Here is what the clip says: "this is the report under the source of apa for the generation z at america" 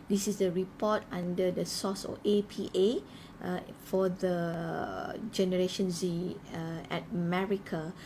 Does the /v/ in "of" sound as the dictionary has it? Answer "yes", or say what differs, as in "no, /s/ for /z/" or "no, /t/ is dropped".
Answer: no, /p/ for /v/